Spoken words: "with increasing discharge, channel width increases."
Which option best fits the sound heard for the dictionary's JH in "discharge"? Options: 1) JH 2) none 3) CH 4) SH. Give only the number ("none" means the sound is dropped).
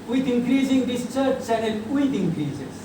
3